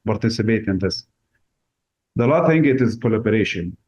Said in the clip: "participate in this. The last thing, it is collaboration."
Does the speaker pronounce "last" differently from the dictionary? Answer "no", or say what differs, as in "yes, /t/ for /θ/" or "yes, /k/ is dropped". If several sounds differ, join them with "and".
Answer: yes, /s/ is dropped